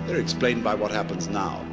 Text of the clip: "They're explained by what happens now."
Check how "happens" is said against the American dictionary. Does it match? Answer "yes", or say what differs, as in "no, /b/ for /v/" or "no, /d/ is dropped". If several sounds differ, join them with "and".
yes